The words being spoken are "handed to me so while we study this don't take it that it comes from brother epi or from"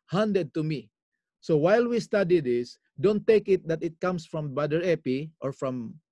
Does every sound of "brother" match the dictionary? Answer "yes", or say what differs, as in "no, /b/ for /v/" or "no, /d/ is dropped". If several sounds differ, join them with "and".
no, /ɹ/ is dropped